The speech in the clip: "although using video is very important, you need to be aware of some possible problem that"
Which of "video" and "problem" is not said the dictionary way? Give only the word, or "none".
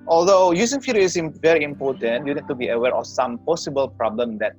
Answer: video